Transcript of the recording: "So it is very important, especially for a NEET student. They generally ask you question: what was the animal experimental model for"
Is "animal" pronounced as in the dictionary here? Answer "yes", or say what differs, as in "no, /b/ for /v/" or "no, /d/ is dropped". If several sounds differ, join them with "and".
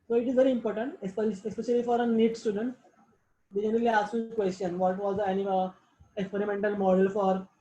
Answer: no, /m/ is dropped